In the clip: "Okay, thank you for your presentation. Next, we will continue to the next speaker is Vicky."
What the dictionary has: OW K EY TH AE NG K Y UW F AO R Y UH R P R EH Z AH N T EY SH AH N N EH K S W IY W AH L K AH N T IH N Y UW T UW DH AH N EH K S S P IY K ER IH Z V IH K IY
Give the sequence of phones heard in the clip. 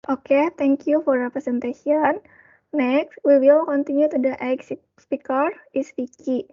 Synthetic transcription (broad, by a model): OW K EY T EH NG K Y UW F AO R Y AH P R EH S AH N T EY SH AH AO N EH K S W IY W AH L K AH N T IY N Y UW T UW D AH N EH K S S P IY K ER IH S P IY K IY